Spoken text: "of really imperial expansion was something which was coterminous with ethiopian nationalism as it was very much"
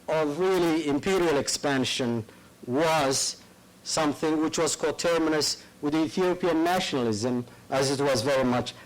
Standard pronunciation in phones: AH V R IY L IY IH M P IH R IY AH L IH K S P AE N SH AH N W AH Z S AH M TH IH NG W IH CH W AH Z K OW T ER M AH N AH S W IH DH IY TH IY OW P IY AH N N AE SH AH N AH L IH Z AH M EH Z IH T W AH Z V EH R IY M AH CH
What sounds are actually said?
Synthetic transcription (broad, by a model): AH V R IY L IY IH M P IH R IY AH L IH K S P AE N SH AH N W AH Z S AH M TH IH NG W IH CH W AH Z K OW T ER M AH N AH S W IH DH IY TH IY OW P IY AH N N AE SH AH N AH L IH Z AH M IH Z IH T W AH Z V EH R IY M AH CH